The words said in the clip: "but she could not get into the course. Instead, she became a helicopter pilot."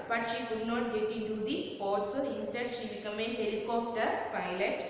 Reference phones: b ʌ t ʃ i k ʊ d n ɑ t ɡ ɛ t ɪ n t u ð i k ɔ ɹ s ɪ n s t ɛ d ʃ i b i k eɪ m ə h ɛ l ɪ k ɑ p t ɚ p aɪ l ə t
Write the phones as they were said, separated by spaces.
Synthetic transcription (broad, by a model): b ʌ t ʃ i k ʊ d n ɑ t ɡ ɛ t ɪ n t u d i ɔ l s ɪ n s t ɛ d ʃ i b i k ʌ m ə h ɛ l ɪ k ɑ p t ɚ p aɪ l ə t